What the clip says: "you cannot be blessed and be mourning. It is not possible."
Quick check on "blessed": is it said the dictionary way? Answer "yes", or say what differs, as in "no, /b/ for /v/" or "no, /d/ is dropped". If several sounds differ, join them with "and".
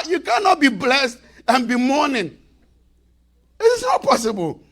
yes